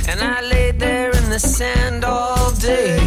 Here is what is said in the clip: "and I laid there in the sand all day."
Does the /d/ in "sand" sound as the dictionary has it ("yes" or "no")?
yes